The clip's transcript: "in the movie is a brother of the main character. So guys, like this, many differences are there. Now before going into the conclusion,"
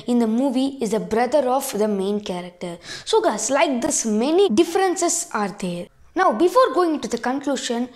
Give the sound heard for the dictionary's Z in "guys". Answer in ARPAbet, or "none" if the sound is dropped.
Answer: S